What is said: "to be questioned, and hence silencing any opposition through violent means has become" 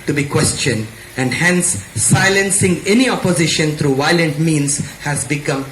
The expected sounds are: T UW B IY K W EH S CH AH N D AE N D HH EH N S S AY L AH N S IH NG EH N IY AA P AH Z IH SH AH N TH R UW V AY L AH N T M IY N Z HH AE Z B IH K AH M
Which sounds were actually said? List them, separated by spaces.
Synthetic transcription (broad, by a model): T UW B IY K W EH S CH AH N D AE N D HH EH N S S AY L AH N S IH NG EH N IY AA P AH Z IH SH AH N T R UW V AY L AH N T M IY N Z HH AE Z B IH K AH M